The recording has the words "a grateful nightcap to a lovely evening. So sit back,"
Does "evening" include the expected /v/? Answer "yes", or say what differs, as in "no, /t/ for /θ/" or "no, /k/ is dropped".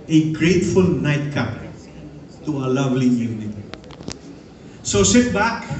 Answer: no, /v/ is dropped